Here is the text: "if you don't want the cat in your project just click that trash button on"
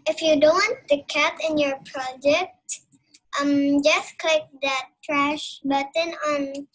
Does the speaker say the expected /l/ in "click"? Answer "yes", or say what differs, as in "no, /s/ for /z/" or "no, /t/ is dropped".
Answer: yes